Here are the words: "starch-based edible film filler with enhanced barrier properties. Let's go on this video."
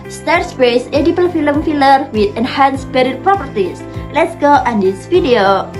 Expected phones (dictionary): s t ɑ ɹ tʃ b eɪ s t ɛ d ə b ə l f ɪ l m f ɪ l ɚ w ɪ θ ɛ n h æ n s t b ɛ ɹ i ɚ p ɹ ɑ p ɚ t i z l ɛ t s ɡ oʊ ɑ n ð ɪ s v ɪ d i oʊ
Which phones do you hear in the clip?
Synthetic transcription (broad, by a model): s t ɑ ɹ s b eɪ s ɛ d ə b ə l f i l m f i l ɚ w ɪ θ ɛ n h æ n s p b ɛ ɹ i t p ɹ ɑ p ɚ t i s l ɛ t s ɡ oʊ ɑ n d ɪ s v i d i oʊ